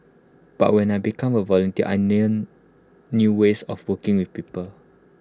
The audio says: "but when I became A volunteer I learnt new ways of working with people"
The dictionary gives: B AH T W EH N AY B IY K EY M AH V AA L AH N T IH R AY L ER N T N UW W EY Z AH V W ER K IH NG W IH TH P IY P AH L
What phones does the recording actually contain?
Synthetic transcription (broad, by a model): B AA T W EH N AY B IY K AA M AH V AA L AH N T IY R AY N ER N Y UW W EY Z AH F W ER K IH NG W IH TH P IY P AH L